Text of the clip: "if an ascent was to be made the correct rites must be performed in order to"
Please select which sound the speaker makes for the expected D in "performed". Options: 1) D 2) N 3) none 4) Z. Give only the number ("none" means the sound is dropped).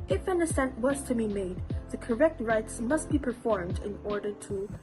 1